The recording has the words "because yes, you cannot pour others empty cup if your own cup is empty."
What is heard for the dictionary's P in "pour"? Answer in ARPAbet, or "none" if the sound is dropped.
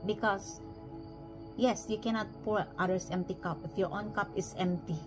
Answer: P